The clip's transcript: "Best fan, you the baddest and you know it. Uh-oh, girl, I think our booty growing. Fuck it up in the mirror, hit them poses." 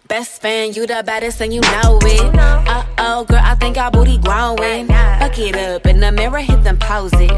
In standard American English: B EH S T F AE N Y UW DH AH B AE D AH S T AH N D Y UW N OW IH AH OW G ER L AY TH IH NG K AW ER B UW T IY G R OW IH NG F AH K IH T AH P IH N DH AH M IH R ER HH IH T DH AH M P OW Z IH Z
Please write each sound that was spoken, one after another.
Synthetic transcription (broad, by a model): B EH S T F AE N Y UW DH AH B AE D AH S AH N Y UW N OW IH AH OW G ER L AY TH IH NG K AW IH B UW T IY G L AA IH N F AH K IH T AH P IH N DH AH M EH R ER HH IH T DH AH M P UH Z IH